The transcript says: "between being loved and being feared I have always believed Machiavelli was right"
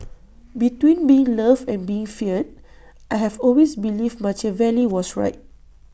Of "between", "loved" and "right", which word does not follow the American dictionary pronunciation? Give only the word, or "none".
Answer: loved